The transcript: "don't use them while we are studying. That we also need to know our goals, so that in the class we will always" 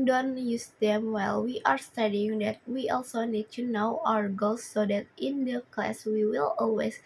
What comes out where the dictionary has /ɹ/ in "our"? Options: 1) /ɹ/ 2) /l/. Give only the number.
1